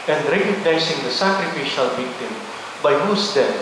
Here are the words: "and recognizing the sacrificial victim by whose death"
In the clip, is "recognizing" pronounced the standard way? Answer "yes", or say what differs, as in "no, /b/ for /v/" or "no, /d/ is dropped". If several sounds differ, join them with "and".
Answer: no, /s/ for /z/